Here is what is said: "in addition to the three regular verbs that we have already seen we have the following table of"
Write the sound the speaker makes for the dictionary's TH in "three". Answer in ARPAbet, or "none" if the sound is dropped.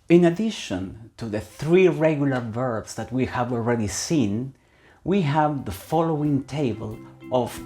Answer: TH